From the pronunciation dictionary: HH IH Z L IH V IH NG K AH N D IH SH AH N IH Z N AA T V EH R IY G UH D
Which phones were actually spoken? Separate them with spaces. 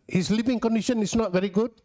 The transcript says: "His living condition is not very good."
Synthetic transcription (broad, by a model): HH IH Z L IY P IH NG K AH N D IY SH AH N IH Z N AA T V EH R IY G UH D